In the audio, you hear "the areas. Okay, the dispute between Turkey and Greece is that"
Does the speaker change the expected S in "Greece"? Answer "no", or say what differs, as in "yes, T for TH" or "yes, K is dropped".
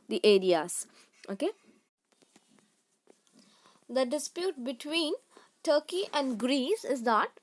no